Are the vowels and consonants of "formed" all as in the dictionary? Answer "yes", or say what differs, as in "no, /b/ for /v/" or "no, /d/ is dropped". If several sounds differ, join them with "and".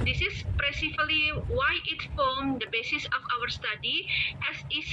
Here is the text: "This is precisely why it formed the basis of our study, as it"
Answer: no, /l/ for /ɹ/